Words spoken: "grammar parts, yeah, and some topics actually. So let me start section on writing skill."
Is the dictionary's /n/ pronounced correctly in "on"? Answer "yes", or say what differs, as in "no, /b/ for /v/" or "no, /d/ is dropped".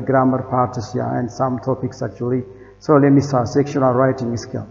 no, /l/ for /n/